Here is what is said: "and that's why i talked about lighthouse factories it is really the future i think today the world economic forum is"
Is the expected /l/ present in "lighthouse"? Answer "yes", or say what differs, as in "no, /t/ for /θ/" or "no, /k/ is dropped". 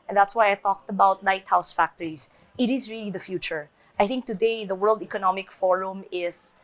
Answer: no, /n/ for /l/